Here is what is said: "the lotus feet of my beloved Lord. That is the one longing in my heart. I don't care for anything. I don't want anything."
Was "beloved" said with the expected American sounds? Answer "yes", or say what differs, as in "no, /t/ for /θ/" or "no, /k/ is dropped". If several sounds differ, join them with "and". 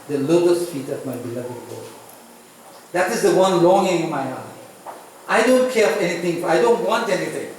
yes